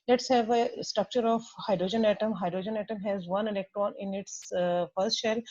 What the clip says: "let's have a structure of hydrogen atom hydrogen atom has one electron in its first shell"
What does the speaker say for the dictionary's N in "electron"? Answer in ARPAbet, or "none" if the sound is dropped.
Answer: N